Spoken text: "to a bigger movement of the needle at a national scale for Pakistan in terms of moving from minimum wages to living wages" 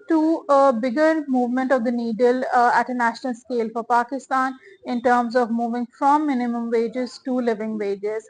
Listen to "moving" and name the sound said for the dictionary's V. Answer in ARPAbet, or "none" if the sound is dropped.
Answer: V